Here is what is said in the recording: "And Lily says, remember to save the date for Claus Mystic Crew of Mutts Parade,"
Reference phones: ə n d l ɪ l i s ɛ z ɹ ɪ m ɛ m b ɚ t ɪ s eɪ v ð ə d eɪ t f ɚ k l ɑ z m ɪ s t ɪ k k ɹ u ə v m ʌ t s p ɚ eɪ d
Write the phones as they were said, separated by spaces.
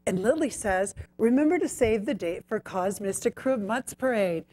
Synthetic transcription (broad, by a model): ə n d l ɪ l i s ɛ z ɹ ɪ m ɛ m b ɚ t ɪ s eɪ v ð ə d eɪ t f ɚ k ɑ z m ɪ s t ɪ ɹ k ɹ u m ʌ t s p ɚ eɪ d